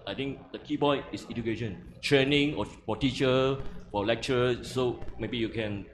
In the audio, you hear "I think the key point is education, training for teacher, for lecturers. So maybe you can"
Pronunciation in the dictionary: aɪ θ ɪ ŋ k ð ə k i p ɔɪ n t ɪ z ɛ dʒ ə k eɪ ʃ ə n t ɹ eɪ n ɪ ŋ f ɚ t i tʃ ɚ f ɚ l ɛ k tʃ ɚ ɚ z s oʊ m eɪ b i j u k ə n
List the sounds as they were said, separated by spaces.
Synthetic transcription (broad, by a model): aɪ t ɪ ŋ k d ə k i b ɔɪ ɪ s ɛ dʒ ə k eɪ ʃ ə n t ɹ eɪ n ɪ ŋ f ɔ t i tʃ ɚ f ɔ l ɛ k tʃ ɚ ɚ s oʊ m eɪ b i j u k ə n